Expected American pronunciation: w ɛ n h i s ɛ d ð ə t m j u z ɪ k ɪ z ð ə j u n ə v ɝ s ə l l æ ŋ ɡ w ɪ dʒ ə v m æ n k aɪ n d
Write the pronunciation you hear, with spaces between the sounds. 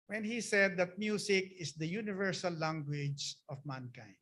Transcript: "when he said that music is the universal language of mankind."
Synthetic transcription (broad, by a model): w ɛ n h i s ɛ d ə t m j u s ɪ k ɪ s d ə j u n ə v ɝ s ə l l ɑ ŋ ɡ w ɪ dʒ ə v m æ n k aɪ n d